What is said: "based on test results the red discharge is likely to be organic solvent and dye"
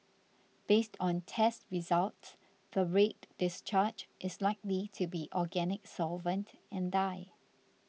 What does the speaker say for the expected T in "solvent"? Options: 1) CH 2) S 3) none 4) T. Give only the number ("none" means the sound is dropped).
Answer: 4